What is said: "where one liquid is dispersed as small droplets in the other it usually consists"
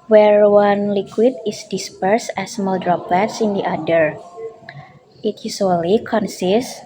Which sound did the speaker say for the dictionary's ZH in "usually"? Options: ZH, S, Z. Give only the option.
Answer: S